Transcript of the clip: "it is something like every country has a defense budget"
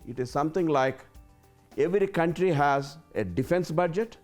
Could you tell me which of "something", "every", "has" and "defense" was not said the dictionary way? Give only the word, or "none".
something